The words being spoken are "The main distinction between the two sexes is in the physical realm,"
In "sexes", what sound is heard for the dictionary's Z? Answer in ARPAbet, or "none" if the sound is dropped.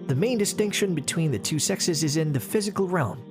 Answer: Z